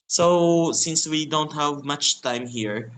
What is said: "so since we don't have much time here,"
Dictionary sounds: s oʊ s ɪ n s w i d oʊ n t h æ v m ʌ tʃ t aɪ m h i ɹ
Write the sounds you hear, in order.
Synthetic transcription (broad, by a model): s oʊ s ɪ n s w i d oʊ n t h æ v m ʌ tʃ t aɪ m h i ɹ